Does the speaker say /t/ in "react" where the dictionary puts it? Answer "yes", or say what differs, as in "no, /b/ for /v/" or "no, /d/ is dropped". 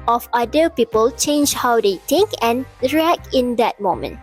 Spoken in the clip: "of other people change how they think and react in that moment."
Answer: no, /t/ is dropped